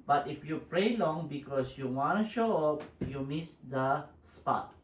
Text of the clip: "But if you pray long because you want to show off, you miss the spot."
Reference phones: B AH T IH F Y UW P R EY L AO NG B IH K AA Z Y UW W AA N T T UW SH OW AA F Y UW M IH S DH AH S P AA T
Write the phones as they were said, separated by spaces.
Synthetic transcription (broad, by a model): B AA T IH F Y UW P R EY L AO NG B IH K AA S Y UW W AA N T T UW SH OW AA P Y UW M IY S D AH S P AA T